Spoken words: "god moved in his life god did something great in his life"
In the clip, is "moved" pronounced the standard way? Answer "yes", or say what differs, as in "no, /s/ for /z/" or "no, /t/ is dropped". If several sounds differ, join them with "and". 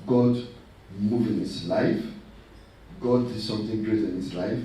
no, /d/ is dropped